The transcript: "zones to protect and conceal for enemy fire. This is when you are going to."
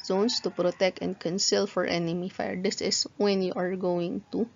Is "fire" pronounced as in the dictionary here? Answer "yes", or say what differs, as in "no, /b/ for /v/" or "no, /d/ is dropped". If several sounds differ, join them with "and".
yes